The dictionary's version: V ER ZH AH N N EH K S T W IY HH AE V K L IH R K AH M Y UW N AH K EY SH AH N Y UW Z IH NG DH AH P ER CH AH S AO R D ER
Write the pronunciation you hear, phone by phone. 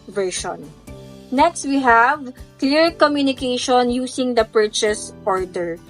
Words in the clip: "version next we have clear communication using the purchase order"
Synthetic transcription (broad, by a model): V ER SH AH N N EH K S T W IY HH AE V K L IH R K AH M Y UW N AH K EY SH AH N Y UW S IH NG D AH P ER CH AH S AO R D ER